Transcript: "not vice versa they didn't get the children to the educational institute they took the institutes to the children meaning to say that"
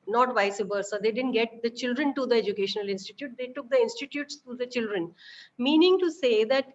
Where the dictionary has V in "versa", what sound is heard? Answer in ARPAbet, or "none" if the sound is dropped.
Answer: B